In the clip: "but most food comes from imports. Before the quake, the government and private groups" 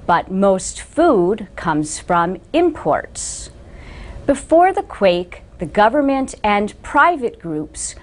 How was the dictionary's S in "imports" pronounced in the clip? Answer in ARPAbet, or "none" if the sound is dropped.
S